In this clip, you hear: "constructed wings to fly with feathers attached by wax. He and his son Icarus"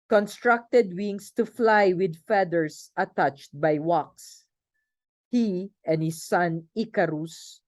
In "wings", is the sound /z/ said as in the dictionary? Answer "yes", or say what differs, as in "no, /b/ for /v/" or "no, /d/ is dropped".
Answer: no, /s/ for /z/